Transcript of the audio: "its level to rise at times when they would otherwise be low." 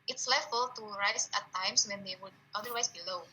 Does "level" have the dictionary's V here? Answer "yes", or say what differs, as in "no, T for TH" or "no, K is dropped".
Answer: no, F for V